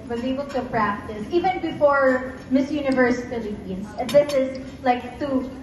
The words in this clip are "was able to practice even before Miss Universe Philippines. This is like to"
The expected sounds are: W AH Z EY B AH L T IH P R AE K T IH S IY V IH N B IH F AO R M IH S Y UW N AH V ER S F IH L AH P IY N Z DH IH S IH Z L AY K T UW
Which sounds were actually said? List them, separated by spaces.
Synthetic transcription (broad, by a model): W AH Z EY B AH L T IH P R AE K T IH S IY V IH N B IH F AO R M IH S Y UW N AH V ER S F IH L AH IY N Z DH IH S IH Z L AY K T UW